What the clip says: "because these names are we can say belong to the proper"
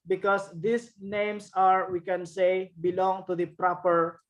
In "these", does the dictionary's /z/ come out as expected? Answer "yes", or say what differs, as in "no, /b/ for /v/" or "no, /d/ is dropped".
no, /s/ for /z/